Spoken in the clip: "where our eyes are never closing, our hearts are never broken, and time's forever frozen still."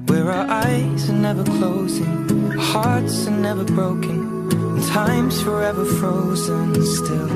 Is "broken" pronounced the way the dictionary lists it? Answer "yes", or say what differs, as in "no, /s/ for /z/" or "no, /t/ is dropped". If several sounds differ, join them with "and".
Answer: no, /k/ is dropped